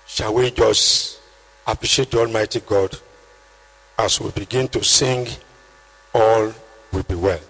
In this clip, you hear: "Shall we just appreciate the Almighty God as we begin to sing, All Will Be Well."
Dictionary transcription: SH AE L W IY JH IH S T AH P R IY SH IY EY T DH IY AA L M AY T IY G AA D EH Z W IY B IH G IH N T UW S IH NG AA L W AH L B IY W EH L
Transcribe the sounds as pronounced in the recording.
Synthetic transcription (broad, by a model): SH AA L W IY JH IH S T AH P R IY SH IY EY T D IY AA L M AY T IY G AA D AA S W IY B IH G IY N T UW S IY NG AA L W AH B IY W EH L